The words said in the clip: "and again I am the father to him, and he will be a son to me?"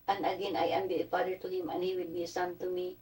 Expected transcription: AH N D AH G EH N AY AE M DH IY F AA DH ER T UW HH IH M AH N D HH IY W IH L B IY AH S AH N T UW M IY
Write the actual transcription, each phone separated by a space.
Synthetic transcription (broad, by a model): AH N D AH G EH N AY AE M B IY P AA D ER T UW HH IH M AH N HH IY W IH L B IY AH S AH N T UW M IY